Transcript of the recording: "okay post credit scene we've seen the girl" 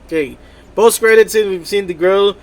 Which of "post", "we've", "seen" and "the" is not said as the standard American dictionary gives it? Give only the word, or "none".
post